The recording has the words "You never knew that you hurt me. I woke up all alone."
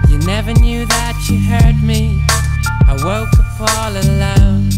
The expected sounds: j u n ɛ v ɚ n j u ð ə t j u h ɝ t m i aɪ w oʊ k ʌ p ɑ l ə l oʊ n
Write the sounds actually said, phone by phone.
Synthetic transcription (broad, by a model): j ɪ n ɛ v ɚ n j u ð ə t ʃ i h ɝ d m i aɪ w oʊ k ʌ f ɑ l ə l oʊ n